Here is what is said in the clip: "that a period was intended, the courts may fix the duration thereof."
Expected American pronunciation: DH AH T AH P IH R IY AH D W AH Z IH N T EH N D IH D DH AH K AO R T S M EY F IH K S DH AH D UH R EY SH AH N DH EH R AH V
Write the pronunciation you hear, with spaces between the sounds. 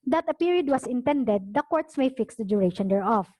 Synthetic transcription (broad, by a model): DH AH T AH P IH R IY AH D W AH S IH N T EH N D IH D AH K AO R T S M EY F IH K S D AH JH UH R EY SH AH N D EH R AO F